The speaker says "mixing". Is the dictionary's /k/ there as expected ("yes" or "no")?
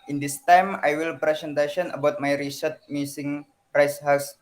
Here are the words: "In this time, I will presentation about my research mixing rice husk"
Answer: no